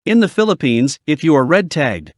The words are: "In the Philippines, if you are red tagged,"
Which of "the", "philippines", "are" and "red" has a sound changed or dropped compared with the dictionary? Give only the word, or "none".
none